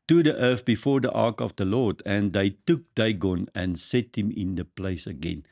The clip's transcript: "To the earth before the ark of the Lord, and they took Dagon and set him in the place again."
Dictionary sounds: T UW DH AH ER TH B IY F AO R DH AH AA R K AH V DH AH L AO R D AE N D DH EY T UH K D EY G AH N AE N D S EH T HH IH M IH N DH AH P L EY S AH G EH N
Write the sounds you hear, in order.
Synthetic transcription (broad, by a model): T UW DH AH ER F B IY F AO R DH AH AA R K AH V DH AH L AO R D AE N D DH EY T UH K D EY G AH N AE N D S EH T HH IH M IH N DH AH P L EY S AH G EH N